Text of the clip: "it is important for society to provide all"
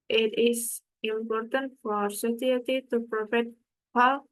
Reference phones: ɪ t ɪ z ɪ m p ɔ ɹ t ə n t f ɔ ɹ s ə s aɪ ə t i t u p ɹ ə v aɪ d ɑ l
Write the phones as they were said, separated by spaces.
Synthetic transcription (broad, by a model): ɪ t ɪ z ɪ m p ɔ ɹ t ə n t f ɔ ɹ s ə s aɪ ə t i t u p ɹ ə f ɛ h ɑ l